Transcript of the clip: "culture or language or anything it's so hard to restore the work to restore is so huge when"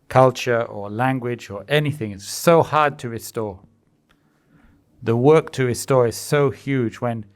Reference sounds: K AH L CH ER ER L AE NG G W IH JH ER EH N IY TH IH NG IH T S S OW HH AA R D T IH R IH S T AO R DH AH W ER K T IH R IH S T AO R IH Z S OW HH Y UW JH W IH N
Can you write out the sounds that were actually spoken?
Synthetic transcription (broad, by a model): K AH L CH ER ER L AE NG G W IH JH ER EH N IY TH IH NG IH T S S OW HH AA R D T IH R IH S T AO R DH AH W ER K T IH R IH S T AO R IH Z S OW HH Y UW JH W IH N